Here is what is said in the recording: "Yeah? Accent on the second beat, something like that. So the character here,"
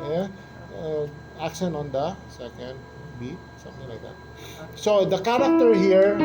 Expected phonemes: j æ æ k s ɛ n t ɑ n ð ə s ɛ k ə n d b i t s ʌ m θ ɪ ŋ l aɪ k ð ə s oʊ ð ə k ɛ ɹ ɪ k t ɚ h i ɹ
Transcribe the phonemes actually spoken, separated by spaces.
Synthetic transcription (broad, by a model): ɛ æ k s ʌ n ɑ n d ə s ɛ k ə n d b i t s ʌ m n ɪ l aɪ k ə s oʊ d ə k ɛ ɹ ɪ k t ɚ h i ɹ